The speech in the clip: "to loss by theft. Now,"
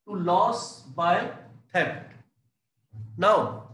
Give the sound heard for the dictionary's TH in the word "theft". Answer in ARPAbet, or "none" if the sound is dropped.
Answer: T